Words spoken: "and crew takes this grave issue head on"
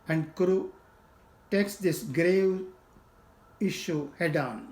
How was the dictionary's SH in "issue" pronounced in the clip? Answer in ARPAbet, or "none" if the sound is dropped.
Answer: SH